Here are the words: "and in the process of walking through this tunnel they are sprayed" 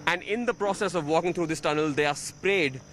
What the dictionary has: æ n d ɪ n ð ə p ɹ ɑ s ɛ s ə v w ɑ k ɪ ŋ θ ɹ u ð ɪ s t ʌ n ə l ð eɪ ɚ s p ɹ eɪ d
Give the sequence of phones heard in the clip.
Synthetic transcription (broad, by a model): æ n d ɪ n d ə p ɹ ɑ s ɛ s ə v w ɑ k ɪ ŋ t ɹ u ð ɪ s t ʌ n ə l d eɪ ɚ s p ɹ eɪ d